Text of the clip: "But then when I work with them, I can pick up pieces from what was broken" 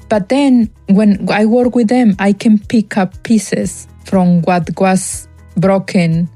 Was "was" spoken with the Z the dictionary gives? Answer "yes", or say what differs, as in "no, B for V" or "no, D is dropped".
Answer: no, S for Z